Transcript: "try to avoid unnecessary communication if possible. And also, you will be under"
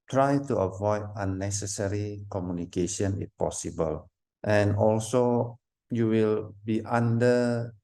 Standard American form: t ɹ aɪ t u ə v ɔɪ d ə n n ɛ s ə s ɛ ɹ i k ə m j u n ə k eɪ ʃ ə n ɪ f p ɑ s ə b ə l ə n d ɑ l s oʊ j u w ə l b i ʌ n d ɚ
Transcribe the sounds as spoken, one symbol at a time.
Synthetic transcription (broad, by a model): t ɹ aɪ t u ə v ɔɪ d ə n n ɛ s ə s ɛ ɹ i k ə m j u n ə k eɪ ʃ ə n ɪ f p ɑ s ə b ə l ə n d ɑ l s oʊ j u w ə l b i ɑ n d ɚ